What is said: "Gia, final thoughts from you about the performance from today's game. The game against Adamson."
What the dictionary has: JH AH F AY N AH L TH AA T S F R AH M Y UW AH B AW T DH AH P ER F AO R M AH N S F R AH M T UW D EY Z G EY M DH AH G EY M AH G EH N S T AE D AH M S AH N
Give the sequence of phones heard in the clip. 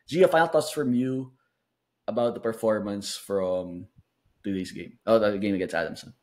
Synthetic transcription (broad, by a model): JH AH F AY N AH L T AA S F R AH M Y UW AH B AW T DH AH P ER F AO R M AH N S F R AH M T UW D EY S G EY M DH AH G EY M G EH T S AE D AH M S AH N